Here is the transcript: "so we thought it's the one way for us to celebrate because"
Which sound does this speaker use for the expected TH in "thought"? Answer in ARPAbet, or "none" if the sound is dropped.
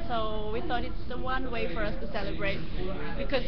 TH